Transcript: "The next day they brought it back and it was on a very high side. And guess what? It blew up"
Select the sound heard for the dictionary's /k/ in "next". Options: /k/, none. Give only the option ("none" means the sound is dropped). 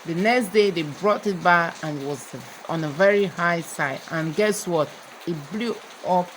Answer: /k/